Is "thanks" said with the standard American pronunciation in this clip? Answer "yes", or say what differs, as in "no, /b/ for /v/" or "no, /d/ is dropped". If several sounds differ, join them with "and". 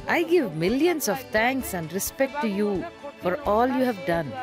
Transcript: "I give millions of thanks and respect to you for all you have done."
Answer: no, /t/ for /θ/